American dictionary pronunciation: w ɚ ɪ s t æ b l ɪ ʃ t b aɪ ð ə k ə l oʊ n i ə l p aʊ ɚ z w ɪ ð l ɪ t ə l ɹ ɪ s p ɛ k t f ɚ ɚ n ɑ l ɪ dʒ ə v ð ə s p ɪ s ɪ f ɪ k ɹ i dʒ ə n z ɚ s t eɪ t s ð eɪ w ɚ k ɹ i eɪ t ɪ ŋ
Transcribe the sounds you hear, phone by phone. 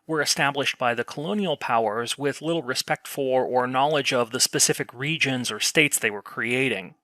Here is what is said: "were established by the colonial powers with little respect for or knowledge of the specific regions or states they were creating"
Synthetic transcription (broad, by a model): w ɚ ɪ s t æ b l ɪ ʃ t b aɪ ð ə k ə l oʊ n i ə l p aʊ ɚ z w ɪ ð l ɪ t l ɹ ɪ s p ɛ k t f ɚ ɚ n ɑ l ɪ dʒ ə v ð ə s p ɪ s ɪ f ɪ k ɹ i dʒ ə n z ɚ s t eɪ t s ð eɪ w ɚ k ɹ i eɪ t ɪ ŋ